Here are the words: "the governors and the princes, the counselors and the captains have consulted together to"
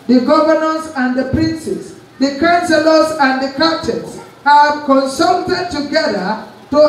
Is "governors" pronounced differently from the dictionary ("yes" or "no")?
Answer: yes